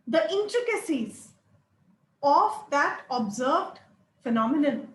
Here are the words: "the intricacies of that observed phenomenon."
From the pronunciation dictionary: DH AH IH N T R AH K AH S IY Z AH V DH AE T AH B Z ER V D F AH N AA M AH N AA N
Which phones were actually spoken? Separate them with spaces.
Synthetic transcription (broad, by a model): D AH IH N T R AH K AH S IY Z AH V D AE T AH B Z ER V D F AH N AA M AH N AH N